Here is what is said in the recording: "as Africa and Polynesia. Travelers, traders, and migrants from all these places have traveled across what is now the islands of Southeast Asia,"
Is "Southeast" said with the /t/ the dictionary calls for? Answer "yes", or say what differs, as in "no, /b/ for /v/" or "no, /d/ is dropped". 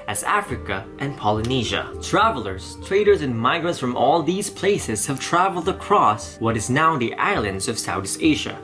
no, /t/ is dropped